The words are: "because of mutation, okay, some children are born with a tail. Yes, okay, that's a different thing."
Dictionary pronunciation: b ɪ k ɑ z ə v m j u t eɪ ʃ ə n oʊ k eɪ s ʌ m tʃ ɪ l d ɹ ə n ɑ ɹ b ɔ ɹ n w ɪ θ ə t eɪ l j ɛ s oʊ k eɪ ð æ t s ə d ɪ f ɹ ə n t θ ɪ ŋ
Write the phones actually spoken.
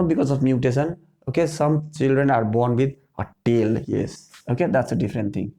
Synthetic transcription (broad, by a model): b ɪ k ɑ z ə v m j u t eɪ s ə n oʊ k eɪ s ʌ m tʃ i l d ɹ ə n ɑ ɹ b ɔ ɹ n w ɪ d ə t eɪ l j ɛ s oʊ k eɪ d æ t s ə d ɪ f ɹ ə n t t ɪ ŋ